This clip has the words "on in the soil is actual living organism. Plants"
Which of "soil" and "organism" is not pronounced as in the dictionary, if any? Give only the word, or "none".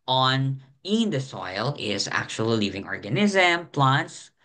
none